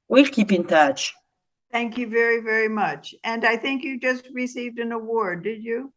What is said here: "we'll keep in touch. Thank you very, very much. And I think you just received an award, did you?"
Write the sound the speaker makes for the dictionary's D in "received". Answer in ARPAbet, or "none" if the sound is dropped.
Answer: D